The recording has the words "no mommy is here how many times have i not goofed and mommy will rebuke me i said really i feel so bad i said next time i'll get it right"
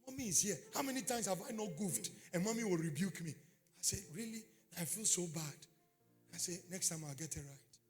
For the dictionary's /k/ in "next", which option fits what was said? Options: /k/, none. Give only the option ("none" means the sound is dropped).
/k/